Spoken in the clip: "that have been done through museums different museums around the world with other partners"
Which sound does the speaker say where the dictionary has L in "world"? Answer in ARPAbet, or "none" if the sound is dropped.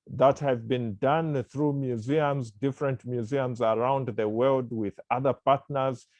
L